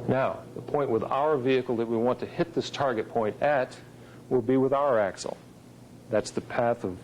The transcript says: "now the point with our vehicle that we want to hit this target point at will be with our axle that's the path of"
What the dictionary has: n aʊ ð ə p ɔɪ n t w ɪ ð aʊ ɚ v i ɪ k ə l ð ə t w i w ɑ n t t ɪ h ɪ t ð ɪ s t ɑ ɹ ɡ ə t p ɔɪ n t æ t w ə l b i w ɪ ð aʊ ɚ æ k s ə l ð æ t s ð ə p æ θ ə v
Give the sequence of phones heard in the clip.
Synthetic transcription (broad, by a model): n aʊ ð ə p ɔɪ n t w ɪ ð aʊ ɚ v i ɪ k l ð ə t w i w ɑ n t t ɪ h ɪ t ð ɪ s t ɑ ɹ ɡ ə t p ɔɪ n t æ t w ə l b i w ɪ ð aʊ ɚ æ k s l ð æ t s ð ə p æ θ ə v